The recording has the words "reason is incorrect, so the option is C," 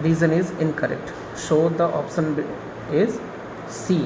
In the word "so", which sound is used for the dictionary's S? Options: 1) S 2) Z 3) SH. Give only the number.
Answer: 3